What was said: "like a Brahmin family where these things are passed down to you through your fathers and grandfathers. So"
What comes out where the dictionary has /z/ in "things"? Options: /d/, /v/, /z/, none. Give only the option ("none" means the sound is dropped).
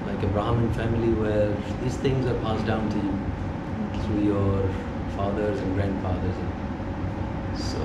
/z/